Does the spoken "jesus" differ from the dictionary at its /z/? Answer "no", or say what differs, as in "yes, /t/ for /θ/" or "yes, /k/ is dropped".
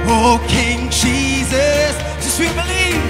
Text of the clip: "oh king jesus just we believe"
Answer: no